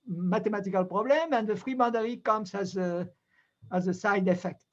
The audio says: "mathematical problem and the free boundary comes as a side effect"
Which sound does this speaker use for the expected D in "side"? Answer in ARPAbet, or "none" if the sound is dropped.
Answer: D